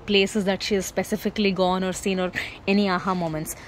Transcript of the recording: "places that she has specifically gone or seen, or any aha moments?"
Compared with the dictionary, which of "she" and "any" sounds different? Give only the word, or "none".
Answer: none